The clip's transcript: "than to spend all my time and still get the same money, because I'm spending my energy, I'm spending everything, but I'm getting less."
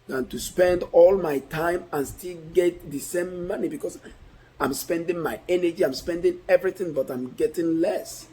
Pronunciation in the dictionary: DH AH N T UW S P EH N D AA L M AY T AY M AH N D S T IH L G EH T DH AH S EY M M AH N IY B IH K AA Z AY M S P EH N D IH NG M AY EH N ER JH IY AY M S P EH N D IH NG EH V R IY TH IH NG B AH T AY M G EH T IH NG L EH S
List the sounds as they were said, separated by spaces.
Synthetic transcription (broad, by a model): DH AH N T UW S P EH N D AA L M AY T AY M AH N S T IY L G EH T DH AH S EY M M AH N IY B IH K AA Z AY M S P EH N D IH NG M AY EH N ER JH IY AY M S P EH N D IH NG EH V R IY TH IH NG B AH T AY M G EH T IH NG L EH S